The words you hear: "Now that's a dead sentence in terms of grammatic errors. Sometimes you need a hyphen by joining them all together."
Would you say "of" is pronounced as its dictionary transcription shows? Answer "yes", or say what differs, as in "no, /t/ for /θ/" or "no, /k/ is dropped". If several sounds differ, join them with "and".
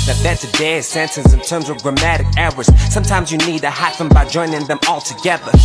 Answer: yes